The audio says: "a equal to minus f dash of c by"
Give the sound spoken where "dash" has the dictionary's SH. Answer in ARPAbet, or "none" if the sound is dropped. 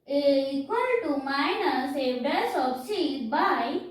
S